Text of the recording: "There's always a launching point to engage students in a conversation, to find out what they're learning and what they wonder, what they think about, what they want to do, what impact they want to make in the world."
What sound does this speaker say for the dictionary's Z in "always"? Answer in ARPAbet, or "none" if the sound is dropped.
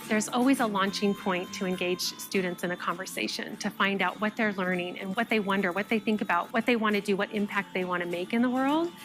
Z